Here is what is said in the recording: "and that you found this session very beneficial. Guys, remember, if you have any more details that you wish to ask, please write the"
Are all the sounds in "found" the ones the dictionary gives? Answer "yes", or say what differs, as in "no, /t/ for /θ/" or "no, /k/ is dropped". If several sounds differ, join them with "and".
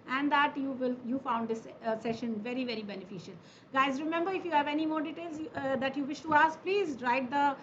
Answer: yes